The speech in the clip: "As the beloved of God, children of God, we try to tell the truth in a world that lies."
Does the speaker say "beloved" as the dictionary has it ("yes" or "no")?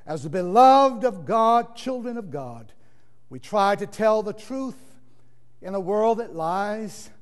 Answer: yes